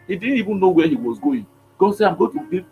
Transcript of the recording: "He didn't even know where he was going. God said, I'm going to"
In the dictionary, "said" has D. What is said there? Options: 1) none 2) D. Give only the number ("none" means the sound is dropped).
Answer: 1